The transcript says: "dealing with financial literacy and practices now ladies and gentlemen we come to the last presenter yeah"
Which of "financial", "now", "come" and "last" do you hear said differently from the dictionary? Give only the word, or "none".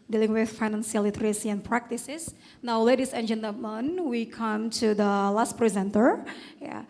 financial